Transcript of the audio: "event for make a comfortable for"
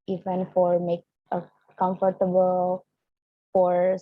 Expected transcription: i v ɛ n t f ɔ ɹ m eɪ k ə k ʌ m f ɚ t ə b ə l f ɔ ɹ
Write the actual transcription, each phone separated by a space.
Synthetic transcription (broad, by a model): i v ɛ n f ɔ ɹ m eɪ k ə k ʌ m f ɚ t ə b ə l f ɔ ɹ